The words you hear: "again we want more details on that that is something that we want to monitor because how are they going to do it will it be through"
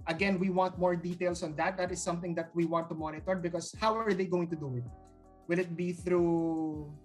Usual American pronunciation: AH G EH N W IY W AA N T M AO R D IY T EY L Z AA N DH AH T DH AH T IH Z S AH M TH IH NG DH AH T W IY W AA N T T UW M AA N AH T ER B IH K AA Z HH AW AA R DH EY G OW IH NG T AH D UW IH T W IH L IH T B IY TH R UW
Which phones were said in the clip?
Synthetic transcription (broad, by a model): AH G EH N W IY W AA N T M AO R D IY T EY L S AA N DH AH T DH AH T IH S AH M TH IH NG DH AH T W IY W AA N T T UW M AA N AH T ER B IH K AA S HH AW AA R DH EY G OW IH NG T AH D UW IH T W IH L IH T B IY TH R UW